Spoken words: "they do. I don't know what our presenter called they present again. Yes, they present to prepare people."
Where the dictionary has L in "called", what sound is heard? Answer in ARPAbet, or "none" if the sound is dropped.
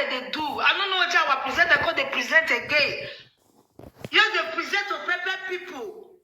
none